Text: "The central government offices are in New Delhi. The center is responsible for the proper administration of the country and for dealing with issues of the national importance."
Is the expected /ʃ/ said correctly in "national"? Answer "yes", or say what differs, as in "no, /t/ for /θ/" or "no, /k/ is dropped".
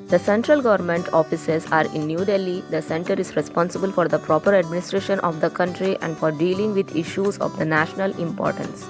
yes